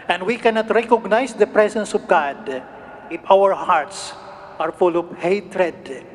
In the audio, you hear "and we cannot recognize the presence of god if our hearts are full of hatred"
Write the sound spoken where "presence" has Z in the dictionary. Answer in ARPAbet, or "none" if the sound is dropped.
S